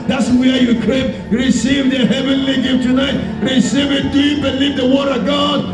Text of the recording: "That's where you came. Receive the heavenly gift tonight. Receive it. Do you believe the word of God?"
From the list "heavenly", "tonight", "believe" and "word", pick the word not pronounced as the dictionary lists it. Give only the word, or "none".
none